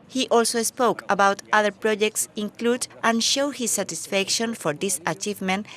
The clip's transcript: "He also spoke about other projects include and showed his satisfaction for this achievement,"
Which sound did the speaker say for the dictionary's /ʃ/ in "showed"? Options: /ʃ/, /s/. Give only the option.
/ʃ/